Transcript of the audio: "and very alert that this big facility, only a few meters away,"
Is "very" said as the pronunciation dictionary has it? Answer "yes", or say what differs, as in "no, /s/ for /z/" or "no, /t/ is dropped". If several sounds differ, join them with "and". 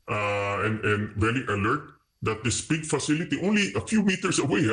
no, /l/ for /ɹ/